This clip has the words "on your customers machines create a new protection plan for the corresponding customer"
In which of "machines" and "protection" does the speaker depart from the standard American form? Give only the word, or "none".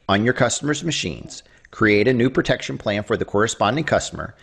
none